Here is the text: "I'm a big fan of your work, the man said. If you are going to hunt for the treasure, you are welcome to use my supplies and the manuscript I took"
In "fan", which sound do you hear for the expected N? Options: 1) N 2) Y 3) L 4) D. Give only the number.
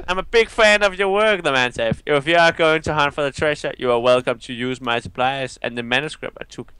1